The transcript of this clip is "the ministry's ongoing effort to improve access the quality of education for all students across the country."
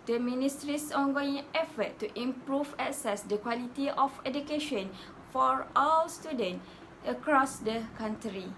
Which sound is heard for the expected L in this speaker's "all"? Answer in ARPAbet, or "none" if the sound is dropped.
W